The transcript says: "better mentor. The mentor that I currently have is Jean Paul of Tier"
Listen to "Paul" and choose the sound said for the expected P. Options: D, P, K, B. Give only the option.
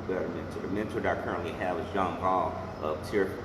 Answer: B